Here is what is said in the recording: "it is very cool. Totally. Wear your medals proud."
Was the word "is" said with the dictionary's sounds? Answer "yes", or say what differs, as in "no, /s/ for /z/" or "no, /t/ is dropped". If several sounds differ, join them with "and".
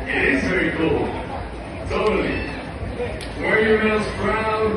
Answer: yes